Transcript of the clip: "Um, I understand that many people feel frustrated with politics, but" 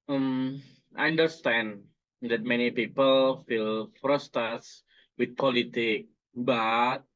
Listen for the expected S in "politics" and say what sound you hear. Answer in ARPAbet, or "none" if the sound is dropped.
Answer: none